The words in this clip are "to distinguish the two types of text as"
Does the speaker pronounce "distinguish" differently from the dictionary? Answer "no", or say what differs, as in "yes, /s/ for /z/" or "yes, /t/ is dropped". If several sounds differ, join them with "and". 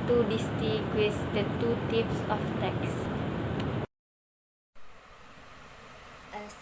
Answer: yes, /ŋ/ is dropped